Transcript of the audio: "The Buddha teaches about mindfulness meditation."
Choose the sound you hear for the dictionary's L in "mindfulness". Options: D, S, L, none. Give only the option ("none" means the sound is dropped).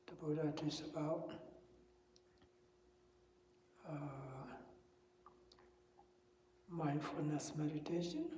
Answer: none